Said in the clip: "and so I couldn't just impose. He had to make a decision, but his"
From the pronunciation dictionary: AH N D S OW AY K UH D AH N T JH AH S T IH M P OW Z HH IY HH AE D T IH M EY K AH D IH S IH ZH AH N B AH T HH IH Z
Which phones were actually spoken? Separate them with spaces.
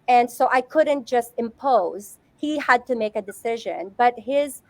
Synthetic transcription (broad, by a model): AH N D S OW AY K UH D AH N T JH AH S T IH M P OW Z HH IY HH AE D T IH M EY K AH D IH S IH ZH AH N B AH T HH IH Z